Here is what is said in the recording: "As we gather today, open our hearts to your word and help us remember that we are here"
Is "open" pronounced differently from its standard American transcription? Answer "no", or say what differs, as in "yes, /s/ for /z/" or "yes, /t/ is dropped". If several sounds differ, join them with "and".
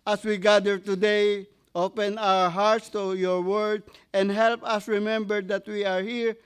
no